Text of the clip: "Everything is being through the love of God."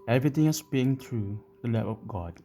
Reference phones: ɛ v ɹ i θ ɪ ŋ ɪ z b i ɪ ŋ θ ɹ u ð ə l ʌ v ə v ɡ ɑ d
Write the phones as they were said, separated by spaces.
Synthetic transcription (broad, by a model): ɛ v ɹ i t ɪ ŋ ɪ s b i ɪ ŋ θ ɹ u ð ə l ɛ p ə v ɡ ɑ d